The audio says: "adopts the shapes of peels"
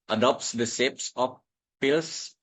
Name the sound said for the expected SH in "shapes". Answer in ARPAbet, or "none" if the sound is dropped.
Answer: S